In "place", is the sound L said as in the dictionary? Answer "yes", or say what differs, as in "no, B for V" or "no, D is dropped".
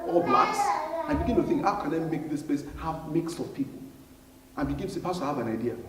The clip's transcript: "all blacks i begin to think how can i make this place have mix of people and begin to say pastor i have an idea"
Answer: no, L is dropped